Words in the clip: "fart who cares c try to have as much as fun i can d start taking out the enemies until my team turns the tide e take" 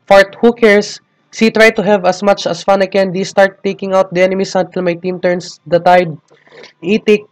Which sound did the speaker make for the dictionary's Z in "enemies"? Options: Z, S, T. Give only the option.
S